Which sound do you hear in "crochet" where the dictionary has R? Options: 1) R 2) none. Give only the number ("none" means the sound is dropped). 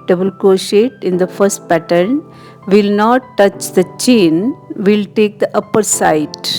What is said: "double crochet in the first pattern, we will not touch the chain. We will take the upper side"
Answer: 2